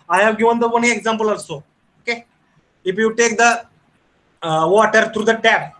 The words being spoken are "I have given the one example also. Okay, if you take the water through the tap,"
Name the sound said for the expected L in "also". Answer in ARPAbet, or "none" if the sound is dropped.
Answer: none